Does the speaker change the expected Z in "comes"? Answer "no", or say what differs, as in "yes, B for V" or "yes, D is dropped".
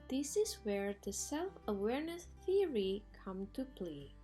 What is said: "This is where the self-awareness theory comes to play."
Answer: yes, Z is dropped